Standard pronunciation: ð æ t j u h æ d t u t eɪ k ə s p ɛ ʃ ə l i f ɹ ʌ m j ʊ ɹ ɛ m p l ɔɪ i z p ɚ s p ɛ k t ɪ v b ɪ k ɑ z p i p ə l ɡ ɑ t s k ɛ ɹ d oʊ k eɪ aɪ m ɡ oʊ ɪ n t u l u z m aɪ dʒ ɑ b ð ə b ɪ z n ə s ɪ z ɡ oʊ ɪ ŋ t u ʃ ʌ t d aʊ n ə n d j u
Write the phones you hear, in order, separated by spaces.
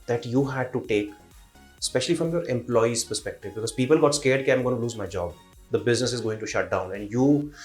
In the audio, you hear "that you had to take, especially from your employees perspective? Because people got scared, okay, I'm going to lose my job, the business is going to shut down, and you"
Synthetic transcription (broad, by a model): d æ t j u h æ d t u t eɪ k s p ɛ ʃ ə l i f ɹ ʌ m j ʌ ɹ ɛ m p l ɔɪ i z p ɚ s p ɛ k t ɪ v b ɪ k ɑ z p i p ə l ɡ ɑ t s k ɛ ɹ d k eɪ aɪ m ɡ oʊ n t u l u z m aɪ dʒ ɑ b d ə b ɪ z n ə s ɪ z ɡ oʊ ɪ ŋ t u ʃ ʌ t d aʊ n ə n d j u